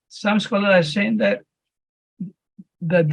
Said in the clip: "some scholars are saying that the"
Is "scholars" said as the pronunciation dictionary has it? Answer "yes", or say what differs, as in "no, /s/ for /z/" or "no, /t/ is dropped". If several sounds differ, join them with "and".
no, /z/ is dropped